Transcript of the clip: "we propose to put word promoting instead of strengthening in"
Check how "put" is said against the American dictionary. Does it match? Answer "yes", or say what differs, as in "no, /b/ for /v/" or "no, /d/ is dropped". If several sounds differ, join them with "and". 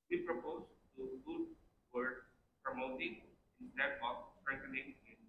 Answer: no, /f/ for /p/